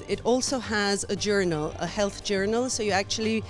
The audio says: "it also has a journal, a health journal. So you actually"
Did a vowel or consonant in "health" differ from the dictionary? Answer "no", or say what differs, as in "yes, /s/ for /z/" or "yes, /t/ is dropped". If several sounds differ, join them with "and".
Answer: no